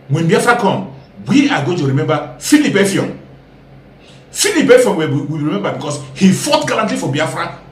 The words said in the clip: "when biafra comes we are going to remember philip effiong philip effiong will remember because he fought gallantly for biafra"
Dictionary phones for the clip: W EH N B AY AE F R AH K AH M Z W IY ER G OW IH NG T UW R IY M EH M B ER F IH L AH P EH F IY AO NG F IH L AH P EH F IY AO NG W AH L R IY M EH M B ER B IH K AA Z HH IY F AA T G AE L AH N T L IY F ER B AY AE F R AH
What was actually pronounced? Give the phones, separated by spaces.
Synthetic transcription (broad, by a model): W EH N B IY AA F R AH K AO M W IY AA G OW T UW R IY M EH M B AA F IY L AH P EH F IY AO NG F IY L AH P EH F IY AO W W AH W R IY M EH M B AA B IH K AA S HH IY F AA T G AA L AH N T L IY F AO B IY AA F R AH